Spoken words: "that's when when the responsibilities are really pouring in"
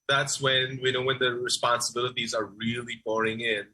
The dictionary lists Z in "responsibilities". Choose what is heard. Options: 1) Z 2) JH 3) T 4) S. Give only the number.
1